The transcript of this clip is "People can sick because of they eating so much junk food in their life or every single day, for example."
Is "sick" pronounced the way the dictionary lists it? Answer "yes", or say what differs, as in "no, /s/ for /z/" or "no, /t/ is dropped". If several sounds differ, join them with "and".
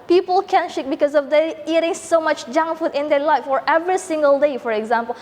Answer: no, /ʃ/ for /s/